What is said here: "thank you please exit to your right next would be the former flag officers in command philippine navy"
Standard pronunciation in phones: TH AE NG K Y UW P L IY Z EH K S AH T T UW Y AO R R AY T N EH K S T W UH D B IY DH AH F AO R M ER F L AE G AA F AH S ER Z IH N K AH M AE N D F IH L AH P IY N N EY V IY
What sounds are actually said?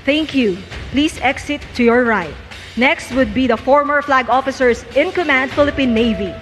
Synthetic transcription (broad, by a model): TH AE NG K Y UW P L IY S EH K S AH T T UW Y AO R R AY T N EH K S T W UH D B IY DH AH F AO R M ER F L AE G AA F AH S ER S IH N K AH M AE N D F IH L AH P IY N N EY V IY